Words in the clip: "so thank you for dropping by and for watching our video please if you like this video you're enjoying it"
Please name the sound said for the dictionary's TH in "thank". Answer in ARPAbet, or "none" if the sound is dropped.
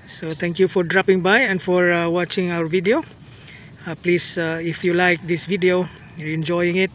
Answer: T